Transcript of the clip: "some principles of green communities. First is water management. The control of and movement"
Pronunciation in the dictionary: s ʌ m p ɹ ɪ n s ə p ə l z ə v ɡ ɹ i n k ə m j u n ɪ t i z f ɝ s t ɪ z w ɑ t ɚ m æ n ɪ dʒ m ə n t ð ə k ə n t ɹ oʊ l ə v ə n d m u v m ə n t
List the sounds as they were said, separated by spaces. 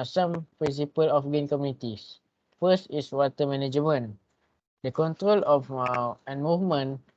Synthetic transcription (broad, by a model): s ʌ m p ɹ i n s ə p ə l ə f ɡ i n k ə m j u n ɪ t i s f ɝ s t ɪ s w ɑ t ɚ m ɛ n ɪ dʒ m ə n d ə k ə n t ɹ oʊ l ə f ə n m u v m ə n